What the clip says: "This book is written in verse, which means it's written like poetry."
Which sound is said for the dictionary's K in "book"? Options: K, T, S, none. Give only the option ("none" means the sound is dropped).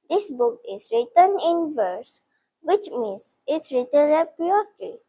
K